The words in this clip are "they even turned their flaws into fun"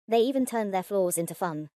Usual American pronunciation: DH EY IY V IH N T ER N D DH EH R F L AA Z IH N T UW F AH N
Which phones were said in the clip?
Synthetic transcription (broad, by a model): DH EY IY V IH N T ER N DH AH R F L AA Z IH N T UW F AH N